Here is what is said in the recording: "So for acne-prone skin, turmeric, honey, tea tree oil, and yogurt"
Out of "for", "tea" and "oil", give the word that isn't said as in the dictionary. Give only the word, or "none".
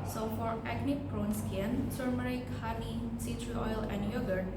tea